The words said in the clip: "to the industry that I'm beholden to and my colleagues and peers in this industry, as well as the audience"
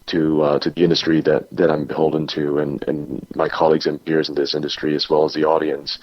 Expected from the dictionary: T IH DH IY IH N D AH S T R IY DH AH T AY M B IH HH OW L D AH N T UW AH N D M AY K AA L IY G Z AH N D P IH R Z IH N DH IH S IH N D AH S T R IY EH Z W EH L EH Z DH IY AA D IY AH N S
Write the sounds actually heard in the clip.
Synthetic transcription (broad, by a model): T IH DH IY IH N D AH S T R IY DH AH T AY M B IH HH OW L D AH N T UW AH N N M AY K AA L IY G Z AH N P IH R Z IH N DH IH S IH N D AH S T R IY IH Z W EH L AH Z DH IY AA D IY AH N S